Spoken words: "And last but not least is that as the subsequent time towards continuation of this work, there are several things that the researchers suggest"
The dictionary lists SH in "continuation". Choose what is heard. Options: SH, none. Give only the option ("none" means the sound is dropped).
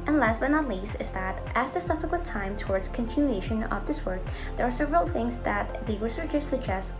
SH